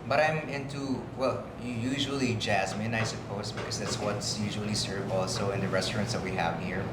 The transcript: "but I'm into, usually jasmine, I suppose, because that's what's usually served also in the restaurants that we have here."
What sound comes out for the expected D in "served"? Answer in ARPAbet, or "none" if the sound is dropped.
none